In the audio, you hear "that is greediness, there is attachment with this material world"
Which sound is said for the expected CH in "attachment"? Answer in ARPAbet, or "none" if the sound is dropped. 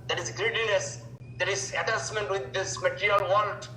S